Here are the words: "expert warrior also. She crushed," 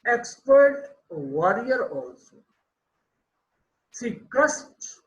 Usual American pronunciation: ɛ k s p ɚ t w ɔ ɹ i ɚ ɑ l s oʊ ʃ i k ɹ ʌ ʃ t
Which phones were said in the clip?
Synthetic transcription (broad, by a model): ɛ k s p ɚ t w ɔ ɹ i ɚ ɑ l s oʊ s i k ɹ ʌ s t